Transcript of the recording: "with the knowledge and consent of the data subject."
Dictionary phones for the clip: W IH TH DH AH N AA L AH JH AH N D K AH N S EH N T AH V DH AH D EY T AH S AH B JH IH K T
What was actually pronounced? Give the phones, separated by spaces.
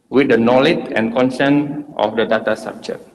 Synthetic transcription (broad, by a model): W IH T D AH N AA L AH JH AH N K AH N S EH N T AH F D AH D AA T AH S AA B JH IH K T